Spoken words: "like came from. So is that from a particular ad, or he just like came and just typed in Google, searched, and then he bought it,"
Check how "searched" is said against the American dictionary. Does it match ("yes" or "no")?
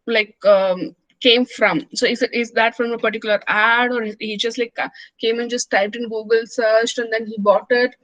yes